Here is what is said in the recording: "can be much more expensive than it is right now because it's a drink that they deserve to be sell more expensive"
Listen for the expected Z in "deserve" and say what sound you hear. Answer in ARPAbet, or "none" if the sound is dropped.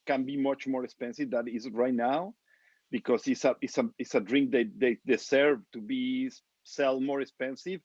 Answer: S